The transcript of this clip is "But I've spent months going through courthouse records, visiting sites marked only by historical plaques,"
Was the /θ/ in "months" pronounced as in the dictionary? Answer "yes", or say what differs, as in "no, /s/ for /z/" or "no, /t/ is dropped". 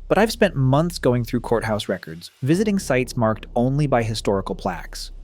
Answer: yes